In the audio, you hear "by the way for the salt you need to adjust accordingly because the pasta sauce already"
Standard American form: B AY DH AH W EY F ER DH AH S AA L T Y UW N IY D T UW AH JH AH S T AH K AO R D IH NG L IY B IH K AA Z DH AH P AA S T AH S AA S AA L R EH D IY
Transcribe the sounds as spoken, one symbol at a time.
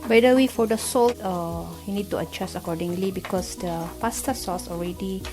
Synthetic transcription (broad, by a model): B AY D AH W EY F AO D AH S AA L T Y UW N IY D T UW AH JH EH S AH K AO D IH NG L IY B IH K AA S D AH P AA S T AH S AA S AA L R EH D IY